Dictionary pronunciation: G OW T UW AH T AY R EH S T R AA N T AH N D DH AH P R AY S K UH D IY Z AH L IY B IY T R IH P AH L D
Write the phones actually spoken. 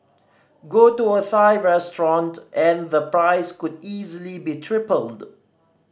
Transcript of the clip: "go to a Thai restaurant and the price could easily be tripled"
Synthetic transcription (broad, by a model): G OW T UW AH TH AY R EH S T R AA N T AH N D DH AH P R AY S K UH D IY Z AH L IY B IY T R IH P AH L D